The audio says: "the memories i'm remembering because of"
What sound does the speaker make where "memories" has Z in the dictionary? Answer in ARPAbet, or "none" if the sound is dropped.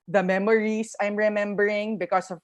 S